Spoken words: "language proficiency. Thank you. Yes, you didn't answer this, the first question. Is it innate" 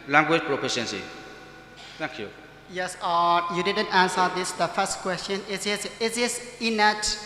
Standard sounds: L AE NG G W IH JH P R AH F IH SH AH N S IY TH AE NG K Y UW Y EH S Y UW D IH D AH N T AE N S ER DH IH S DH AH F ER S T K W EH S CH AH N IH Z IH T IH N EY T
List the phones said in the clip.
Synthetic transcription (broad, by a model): L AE NG G W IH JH P R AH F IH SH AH N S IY T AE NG K Y UW Y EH S Y UW D IH D AH N T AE N S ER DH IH S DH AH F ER S T K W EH S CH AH N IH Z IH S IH N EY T